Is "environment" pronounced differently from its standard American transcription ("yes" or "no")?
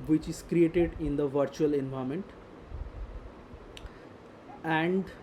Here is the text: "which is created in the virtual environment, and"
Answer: yes